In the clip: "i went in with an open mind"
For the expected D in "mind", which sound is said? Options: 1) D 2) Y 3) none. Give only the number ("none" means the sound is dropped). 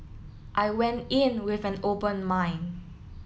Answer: 3